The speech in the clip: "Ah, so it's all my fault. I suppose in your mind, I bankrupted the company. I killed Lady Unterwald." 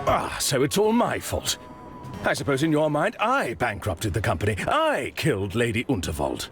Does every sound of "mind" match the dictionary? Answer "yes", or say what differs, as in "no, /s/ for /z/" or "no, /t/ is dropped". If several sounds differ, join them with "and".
yes